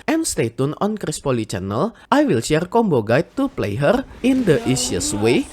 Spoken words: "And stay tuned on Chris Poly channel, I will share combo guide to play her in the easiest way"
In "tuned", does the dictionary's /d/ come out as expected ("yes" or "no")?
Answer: no